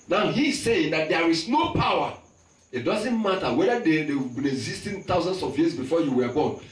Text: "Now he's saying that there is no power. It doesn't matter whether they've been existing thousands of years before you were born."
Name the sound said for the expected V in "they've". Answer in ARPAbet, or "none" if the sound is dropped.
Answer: W